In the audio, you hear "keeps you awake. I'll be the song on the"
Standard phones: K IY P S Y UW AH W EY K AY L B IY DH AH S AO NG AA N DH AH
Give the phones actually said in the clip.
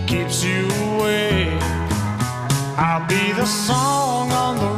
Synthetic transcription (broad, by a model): K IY P S Y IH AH W EY AY L B IY DH AH S AO NG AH N DH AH